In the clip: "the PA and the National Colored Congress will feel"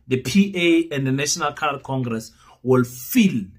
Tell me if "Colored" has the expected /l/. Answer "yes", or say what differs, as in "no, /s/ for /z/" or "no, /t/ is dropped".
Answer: no, /l/ is dropped